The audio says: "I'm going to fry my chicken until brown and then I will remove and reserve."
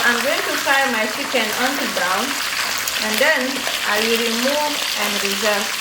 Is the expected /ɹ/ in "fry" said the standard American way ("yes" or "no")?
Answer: no